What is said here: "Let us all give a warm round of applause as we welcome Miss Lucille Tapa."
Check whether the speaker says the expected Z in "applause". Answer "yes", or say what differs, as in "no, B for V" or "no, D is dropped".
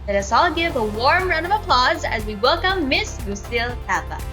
yes